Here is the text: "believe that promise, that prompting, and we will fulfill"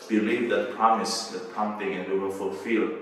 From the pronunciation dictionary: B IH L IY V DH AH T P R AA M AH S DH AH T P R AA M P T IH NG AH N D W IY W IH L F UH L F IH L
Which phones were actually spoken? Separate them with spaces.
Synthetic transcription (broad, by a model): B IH L IY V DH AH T P R AA M AH S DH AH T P AA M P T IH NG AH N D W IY W IH L F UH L F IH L